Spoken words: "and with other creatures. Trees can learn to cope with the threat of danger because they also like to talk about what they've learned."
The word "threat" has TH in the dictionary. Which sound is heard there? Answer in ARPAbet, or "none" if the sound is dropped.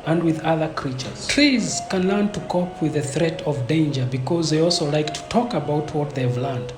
TH